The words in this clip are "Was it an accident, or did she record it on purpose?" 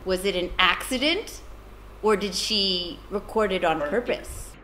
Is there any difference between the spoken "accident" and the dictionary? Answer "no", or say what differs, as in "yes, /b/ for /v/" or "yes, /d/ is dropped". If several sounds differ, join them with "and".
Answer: no